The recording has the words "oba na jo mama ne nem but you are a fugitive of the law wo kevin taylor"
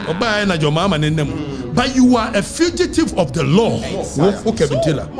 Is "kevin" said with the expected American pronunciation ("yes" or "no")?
no